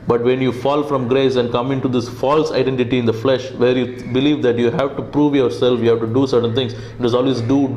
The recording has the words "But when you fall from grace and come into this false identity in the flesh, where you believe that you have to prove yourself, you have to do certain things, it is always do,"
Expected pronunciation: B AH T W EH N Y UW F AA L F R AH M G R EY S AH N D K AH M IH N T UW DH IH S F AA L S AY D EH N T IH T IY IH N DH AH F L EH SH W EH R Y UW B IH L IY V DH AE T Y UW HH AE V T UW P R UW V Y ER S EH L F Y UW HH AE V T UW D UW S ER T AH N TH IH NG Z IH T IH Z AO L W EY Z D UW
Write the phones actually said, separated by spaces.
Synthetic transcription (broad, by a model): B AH T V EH N Y UW F AA L F R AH M G R EY S AH N D K AH M IH N T UW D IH S F AA L S AY D EH N T IH T IY IH N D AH F L EH SH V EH R Y UW B IH L IY V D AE T Y UW HH AE V T UW P R UW V Y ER S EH L F Y UW HH AE V T UW D UW S ER T AH N T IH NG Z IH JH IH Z AO L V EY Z D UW